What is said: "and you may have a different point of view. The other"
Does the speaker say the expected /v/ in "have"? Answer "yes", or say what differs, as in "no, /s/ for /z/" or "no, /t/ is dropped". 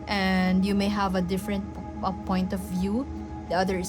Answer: yes